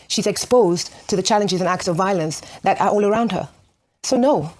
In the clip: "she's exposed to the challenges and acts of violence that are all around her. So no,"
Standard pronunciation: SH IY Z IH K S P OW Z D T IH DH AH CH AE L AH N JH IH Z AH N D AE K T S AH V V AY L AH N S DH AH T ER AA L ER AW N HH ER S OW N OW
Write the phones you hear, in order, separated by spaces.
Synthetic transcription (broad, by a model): SH IY Z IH K S P OW Z T IH DH AH CH AE L AH N JH IH Z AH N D AE K T S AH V V AY L AH N S DH AH T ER AA L ER AW N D ER S OW N OW